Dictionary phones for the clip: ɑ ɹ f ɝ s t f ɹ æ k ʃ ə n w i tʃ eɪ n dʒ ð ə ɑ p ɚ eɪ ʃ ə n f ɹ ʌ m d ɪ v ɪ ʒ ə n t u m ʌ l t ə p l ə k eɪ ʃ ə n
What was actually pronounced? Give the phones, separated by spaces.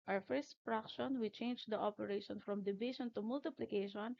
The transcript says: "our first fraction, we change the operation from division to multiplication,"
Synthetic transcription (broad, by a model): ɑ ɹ f ɝ s t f ɹ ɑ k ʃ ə n w i tʃ eɪ n dʒ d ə ɑ p ɚ eɪ ʃ ə n f ɹ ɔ m d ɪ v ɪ ʃ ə n t u m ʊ l t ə p l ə k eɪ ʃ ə n